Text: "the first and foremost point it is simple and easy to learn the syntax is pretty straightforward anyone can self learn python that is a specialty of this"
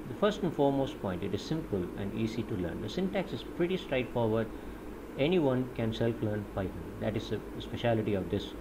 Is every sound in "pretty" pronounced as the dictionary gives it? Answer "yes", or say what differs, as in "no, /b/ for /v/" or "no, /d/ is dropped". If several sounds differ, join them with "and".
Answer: yes